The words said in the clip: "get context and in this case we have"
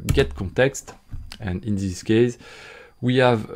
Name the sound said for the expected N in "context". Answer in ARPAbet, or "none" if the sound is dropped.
N